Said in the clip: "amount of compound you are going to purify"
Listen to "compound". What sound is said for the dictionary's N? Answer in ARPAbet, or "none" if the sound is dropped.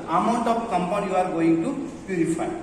none